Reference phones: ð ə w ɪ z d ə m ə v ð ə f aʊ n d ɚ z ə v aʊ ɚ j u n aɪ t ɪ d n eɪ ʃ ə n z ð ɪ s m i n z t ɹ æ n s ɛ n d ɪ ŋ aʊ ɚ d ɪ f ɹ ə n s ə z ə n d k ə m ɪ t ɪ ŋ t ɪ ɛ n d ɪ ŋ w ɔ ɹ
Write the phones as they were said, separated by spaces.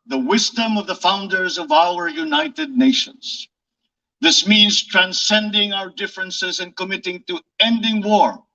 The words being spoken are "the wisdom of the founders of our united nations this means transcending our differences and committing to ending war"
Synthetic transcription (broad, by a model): ð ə w ɪ z d ə m ə v ð ə f aʊ n d ɚ z ə v aʊ ɚ j u n aɪ t ɪ d n eɪ ʃ ə n z ð ɪ s m i n z t ɹ æ n s ɛ n d ɪ ŋ aʊ ɚ d ɪ f ɹ ə n s ə z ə n k ə m ɪ t ɪ ŋ t ɪ ɛ n d ɪ ŋ w ɔ ɹ